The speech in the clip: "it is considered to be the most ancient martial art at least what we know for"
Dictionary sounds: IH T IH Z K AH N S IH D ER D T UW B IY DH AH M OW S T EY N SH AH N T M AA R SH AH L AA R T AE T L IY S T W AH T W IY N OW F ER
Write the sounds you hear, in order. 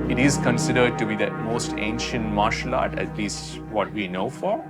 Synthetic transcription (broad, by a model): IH T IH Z K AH N S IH D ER D T UW B IY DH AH M OW S T EY N SH AH N T M AA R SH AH L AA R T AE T L IY S T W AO T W IY N OW F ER